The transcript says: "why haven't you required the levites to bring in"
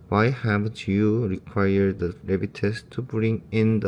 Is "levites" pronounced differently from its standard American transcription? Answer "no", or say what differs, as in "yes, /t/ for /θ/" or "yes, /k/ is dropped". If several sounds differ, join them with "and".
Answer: yes, /b/ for /v/